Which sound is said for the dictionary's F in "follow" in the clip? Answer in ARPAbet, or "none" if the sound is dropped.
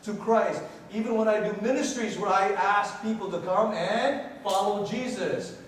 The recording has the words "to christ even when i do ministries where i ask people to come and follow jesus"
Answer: F